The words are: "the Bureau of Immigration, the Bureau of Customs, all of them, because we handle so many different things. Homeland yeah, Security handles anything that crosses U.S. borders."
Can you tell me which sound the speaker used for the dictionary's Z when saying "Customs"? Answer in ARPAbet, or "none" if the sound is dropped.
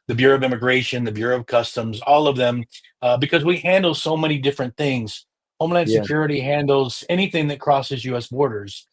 Z